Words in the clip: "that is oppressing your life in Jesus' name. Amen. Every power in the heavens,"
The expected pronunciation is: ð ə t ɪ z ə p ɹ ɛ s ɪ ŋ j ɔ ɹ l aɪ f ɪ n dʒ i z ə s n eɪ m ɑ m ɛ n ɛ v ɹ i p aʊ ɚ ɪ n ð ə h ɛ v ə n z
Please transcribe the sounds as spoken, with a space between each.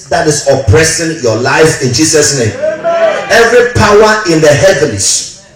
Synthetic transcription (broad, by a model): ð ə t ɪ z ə p ɹ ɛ s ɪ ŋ j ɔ l aɪ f ɪ n dʒ i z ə s n eɪ ɑ m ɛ ɛ v ɹ i p aʊ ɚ ɪ n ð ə h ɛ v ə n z